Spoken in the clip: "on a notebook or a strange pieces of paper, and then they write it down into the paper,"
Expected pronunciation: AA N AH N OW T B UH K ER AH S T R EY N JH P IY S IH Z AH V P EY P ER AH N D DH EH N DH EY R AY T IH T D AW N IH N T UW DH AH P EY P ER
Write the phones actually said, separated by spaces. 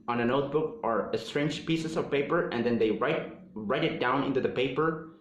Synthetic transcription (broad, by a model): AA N AH N OW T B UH K ER AH S T R EY N JH P IY S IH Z AH V P EY P ER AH N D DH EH N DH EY R AY T IH T D AW N IH N T UW DH AH P EY P ER